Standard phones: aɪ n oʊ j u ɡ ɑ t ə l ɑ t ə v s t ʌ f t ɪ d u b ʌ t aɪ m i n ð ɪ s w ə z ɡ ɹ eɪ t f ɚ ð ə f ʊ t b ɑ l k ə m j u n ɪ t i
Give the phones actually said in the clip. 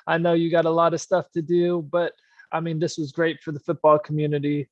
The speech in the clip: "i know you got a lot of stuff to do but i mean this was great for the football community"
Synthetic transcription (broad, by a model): aɪ n oʊ j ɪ ɡ ɑ t ə l ɑ t ə v s t ʌ f t ɪ d u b ʌ t aɪ m i n ð ɪ s w ə z ɡ ɹ eɪ t f ɚ ð ə f ʊ t b ɑ l k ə m j u n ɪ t i